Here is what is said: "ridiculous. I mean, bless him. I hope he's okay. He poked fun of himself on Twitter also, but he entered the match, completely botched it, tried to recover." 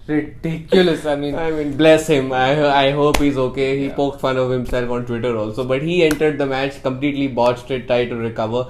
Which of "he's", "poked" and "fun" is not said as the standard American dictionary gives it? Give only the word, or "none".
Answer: none